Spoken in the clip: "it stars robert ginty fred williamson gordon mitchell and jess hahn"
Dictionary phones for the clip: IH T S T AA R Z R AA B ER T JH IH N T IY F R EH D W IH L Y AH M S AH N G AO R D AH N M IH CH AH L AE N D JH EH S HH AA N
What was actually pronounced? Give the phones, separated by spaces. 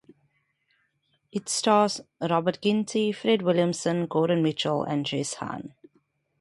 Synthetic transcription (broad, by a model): IH T S T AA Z R AA B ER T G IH N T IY F R EH D W IH L Y AH M S AH N G AO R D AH N M IH CH AH L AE N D JH EH S HH AA N